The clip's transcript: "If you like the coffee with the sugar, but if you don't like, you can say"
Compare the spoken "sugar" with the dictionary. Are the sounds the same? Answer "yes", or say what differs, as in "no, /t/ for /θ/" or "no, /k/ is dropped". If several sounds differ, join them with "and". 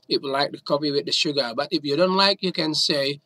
yes